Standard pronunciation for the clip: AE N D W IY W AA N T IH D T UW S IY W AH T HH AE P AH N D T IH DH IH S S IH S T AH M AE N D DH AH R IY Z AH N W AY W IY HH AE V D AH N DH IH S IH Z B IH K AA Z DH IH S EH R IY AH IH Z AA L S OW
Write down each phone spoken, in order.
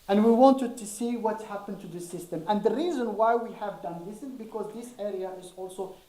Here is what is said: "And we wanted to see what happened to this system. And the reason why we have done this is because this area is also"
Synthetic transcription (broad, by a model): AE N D W IY W AA N T IH D T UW S IY W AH T HH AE P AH N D T IH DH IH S S IH S T AH M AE N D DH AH R IY Z AH N W AY W IY HH AE V D AH N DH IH S IH Z B IH K AA Z DH IH S EH R IY AH IH Z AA L S OW